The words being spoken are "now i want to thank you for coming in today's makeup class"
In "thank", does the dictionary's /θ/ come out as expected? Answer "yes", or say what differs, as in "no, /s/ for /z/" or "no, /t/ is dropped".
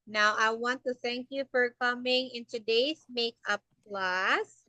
yes